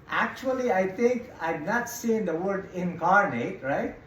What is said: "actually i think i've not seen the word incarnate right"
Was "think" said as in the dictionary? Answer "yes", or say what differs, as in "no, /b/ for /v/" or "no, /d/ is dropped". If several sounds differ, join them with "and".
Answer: no, /t/ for /θ/